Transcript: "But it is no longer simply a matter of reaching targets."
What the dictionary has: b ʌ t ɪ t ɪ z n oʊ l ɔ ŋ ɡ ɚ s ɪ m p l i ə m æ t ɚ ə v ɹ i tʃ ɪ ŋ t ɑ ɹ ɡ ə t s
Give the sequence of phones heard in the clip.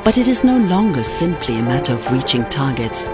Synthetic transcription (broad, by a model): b ʌ t ɪ t ɪ z n oʊ l ɔ ŋ ɡ ɚ s ɪ m p l i ə m æ t ɚ ə v ɹ i tʃ ɪ ŋ t ɑ ɹ ɡ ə t s